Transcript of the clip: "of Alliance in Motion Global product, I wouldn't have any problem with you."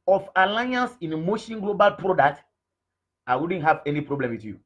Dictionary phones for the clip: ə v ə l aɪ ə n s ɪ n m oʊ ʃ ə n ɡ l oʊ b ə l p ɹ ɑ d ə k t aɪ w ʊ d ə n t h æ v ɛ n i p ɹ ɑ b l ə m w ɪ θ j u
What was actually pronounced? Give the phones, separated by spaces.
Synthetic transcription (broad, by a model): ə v ə l aɪ ə n s ɪ n m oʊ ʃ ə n ɡ l oʊ b ə l p ɹ ɑ d ə k t aɪ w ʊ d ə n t h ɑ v ɛ n i p ɹ ɑ b l ə m w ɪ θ j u